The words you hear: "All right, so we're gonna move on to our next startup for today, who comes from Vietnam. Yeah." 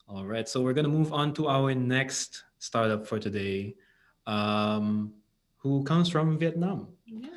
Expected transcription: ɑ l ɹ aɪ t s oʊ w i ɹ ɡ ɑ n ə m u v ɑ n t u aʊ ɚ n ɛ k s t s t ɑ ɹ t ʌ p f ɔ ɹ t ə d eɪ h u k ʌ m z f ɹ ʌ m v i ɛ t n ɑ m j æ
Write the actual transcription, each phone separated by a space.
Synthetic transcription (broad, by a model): ɑ l ɹ aɪ t s oʊ w i ɹ ɡ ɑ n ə m u v ɑ n t u aʊ ɚ n ɛ k s t s t ɑ ɹ t ʌ p f ɔ ɹ t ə d eɪ h u k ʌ m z f ɹ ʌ m v i ɛ t n ɑ m